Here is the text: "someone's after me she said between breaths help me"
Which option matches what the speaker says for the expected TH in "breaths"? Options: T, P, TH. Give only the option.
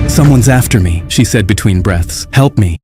TH